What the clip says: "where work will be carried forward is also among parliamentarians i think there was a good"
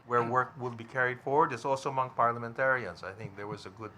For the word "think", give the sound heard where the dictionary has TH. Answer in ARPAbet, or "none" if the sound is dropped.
TH